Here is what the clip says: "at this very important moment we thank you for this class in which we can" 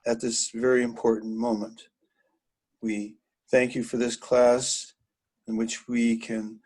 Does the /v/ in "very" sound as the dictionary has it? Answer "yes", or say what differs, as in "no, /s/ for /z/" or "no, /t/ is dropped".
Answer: yes